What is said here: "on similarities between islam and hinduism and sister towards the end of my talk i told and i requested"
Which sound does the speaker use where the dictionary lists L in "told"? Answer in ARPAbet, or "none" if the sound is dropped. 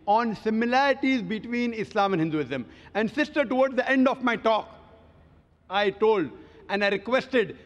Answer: L